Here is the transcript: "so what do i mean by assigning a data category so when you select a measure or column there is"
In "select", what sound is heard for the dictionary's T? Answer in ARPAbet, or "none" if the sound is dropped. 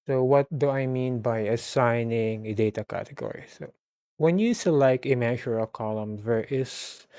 none